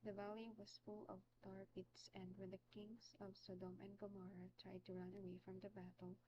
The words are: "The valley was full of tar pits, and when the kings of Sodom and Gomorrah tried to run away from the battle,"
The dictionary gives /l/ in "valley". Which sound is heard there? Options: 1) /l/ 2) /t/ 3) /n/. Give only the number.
1